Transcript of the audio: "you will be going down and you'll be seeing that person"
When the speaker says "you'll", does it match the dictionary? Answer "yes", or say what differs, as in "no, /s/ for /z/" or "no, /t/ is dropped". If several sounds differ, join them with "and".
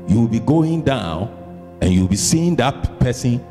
no, /w/ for /l/